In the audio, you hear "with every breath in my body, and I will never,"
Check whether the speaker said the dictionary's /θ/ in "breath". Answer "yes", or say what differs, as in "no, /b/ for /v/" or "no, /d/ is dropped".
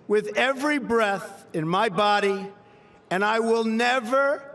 yes